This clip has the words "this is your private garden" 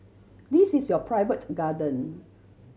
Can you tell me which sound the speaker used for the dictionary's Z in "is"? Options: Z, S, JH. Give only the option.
S